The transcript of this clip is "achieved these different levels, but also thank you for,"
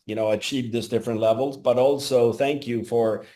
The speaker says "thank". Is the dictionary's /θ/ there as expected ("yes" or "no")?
yes